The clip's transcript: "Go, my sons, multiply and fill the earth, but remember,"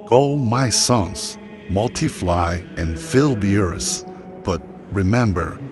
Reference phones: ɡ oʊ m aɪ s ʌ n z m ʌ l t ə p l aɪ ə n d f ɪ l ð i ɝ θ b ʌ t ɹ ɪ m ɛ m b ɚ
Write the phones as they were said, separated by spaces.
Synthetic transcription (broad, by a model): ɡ oʊ m aɪ s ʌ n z m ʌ l t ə f l aɪ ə n f ɪ l ð i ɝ s b ʌ t ɹ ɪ m ɛ m b ɚ